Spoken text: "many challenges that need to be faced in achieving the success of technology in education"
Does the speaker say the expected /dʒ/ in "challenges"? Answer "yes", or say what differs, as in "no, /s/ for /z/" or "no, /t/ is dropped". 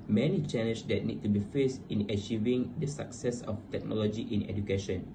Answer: no, /dʒ/ is dropped